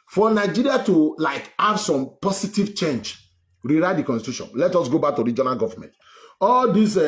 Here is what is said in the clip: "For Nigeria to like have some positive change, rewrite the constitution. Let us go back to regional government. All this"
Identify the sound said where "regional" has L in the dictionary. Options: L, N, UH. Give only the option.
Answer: L